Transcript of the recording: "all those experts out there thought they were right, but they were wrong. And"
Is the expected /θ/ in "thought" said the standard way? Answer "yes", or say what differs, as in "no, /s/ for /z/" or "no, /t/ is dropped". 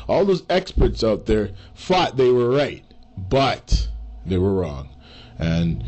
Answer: no, /f/ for /θ/